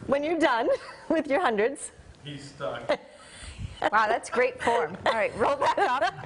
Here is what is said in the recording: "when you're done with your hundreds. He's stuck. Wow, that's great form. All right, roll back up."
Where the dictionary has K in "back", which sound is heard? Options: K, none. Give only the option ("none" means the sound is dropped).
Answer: none